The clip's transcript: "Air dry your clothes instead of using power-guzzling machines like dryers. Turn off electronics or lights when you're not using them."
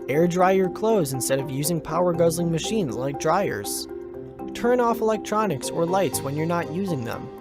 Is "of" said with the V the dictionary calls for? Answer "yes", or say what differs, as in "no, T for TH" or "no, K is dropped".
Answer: yes